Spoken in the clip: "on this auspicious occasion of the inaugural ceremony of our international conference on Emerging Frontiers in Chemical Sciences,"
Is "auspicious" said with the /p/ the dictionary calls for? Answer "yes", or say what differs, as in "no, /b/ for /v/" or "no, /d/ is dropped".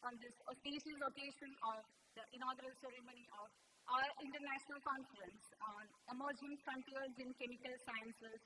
no, /p/ is dropped